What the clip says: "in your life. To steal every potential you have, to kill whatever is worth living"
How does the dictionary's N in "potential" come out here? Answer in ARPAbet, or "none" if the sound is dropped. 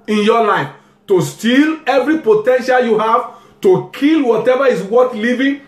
N